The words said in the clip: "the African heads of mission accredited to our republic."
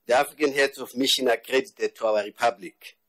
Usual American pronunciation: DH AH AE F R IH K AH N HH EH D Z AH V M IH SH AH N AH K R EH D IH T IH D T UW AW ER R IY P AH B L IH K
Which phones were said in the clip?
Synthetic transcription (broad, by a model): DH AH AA F R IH K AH N HH EH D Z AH F M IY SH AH N AH K R EH D IH T IH D T UW AW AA R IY P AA B L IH K